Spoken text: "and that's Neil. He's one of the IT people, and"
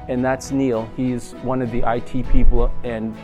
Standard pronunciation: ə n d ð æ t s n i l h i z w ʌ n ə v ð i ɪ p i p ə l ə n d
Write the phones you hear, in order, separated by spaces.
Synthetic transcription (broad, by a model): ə n ð æ t s n i l h i z w ʌ n ə v ð i ɪ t i p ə l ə n